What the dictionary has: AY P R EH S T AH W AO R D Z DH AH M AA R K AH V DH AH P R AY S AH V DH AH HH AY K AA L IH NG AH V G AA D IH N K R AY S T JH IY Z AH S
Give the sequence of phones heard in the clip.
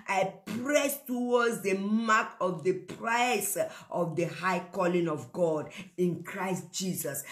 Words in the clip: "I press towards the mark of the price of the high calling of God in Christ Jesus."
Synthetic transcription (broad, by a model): AY P R EH S T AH W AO D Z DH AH M AA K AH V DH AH P R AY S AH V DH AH HH AY K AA L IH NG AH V G AA D IH N K R AY S T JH IY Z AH S